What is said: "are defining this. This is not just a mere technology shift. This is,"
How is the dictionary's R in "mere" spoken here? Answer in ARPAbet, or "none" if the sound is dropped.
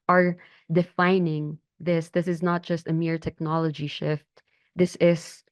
R